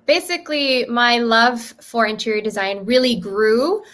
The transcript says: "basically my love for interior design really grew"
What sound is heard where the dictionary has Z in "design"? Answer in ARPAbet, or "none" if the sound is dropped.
Z